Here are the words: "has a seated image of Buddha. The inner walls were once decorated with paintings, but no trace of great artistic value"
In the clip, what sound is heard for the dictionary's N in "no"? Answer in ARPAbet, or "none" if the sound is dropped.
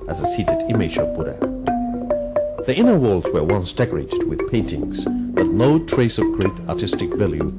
L